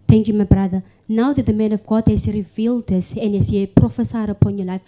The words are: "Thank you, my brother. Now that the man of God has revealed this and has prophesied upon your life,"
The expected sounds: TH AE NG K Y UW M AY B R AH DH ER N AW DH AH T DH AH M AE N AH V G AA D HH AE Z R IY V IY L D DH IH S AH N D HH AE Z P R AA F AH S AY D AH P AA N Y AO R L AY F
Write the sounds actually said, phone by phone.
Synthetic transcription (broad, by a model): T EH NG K Y UW M AY B R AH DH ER N AW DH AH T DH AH M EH N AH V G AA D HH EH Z R IY V IY L D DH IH S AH N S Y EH P R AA F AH S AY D AH P AA N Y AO L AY F